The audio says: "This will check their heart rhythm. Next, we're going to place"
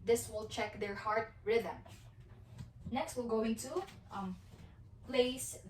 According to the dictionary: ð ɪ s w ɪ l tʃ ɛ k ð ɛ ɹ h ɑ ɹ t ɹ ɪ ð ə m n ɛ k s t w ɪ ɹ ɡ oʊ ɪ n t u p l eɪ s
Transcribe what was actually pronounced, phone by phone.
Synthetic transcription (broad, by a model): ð ɪ s w ɪ l tʃ ɛ k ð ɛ ɹ h ɑ ɹ t ɹ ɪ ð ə m n ɛ k s t w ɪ l ɡ oʊ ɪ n t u p l eɪ s